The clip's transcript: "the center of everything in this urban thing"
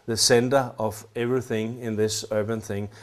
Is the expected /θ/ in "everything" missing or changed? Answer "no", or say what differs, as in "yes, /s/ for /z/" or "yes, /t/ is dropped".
no